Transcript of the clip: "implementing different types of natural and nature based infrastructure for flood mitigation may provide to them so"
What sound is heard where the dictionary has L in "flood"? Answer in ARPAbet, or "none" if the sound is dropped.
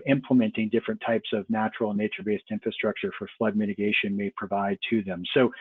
L